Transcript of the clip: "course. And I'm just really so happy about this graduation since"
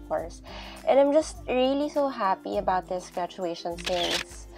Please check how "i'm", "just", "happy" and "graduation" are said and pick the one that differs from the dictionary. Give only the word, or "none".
graduation